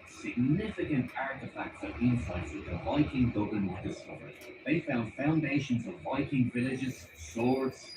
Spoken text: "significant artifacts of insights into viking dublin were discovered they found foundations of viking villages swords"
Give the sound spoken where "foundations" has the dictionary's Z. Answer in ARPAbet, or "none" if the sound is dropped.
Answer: Z